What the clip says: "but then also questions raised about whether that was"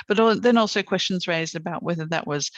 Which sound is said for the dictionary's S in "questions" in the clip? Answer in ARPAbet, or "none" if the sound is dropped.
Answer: S